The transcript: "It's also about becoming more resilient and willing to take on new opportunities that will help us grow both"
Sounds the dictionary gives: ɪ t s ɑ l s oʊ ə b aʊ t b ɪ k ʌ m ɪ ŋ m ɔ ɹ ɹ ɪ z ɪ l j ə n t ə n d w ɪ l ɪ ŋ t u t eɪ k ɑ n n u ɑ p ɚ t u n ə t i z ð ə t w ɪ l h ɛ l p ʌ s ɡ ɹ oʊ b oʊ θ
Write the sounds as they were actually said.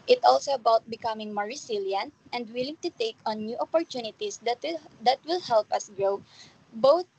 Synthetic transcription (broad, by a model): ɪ t ɑ l s oʊ ə b aʊ t b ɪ k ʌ m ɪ ŋ m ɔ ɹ ɹ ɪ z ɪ l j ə n t ə n d w ɪ l ɪ ŋ t u t eɪ k ɑ n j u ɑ p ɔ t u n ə t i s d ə t w ɪ l h ɛ l p ʌ s ɡ ɹ oʊ b oʊ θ